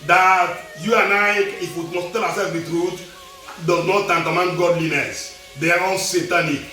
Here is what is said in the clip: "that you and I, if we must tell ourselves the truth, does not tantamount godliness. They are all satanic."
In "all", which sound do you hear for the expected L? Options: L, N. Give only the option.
N